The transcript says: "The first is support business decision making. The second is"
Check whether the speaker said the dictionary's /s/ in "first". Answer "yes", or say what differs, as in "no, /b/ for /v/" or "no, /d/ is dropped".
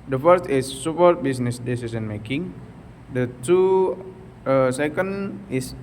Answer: yes